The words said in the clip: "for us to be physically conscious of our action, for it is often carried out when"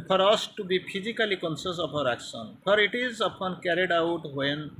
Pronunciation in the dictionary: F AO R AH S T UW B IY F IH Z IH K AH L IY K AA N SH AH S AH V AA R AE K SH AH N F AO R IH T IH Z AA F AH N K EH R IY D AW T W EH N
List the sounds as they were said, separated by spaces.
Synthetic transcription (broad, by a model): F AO R AH S T UW B IY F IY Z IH K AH L IY K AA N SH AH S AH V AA R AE K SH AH N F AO R IH T IH Z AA P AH N K EH R IY D AW T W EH N